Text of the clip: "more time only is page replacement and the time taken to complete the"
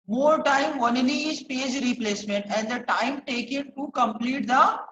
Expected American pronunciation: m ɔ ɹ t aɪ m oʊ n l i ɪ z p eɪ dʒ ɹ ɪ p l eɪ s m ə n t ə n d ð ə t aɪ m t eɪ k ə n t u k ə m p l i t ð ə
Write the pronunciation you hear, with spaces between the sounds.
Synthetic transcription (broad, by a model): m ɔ ɹ t aɪ m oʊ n i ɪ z p eɪ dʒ ɹ ɪ p l eɪ s m ə n t ə n d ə t aɪ m t eɪ k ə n t u k ə m p l i t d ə